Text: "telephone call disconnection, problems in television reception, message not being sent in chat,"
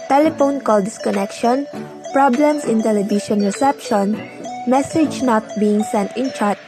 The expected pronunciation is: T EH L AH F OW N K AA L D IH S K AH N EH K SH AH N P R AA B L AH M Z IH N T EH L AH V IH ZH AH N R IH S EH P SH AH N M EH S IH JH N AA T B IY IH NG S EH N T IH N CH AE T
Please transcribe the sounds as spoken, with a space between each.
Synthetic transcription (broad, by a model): T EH L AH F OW N K AA L D IH S K AH N EH K SH AH N P R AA B L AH M S IH N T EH L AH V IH SH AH N R IH S EH P SH AH N M EH S IH JH N AA T B IY IH NG S EH N T IH N CH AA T